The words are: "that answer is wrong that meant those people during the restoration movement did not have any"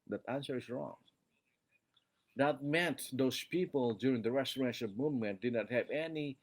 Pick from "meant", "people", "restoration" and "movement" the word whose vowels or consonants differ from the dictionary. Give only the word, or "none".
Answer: restoration